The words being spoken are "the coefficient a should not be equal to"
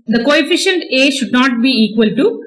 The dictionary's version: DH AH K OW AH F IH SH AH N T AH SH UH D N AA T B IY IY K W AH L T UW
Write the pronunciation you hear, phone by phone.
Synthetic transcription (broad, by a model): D AH K OW AH F IH SH AH N T AH SH UH D N AA T B IY IY K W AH L T UW